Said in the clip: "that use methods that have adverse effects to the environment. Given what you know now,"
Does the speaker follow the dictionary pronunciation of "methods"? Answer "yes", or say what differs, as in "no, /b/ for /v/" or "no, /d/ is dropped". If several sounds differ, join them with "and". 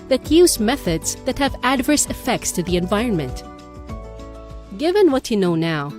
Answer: yes